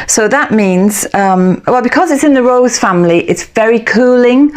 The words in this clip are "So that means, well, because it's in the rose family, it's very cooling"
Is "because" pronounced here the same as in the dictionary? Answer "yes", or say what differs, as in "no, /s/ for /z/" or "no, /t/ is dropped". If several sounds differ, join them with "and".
yes